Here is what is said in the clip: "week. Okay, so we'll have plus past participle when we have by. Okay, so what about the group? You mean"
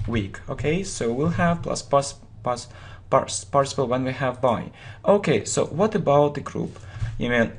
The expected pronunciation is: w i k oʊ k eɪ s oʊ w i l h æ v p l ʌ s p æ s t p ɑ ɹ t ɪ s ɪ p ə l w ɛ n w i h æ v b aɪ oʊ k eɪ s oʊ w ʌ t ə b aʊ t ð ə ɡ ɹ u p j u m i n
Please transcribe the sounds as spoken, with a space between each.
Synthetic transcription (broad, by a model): w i k oʊ k eɪ s oʊ w i l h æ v p l ʌ s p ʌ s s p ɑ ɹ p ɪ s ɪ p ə l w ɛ n w i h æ v b aɪ oʊ k eɪ s oʊ w ʌ t ə b aʊ t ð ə ɡ ɹ u p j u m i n